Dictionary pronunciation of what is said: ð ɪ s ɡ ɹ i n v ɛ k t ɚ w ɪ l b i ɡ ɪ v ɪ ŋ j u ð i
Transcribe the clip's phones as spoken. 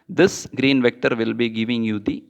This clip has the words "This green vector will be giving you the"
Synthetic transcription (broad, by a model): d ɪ s ɡ ɹ i n v ɛ k t ɚ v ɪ l b i ɡ ɪ v ɪ ŋ j u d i